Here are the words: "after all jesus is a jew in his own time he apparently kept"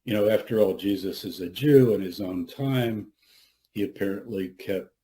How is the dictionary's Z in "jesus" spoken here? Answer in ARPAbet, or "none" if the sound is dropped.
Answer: Z